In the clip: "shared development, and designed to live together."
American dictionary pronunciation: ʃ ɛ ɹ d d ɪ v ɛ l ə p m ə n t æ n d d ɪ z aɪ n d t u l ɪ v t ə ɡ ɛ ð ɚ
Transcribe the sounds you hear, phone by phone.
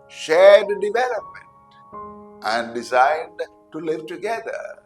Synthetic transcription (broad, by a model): ʃ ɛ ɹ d d ɪ v ɛ l ə p m ə n t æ n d d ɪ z aɪ d t u l ɪ v t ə ɡ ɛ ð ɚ